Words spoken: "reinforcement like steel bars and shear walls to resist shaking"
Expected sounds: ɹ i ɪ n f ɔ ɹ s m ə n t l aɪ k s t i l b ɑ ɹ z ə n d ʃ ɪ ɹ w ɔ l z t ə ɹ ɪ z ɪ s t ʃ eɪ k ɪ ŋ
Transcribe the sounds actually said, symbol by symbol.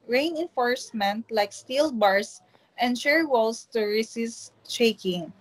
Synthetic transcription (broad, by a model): ɹ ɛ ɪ n f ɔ ɹ s m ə n t l aɪ k s t i l b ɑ ɹ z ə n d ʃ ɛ ɹ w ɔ l s t ə ɹ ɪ s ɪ s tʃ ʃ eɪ k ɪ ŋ